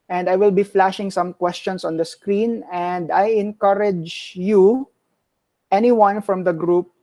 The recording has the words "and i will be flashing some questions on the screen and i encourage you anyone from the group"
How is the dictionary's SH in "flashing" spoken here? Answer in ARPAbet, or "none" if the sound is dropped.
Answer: SH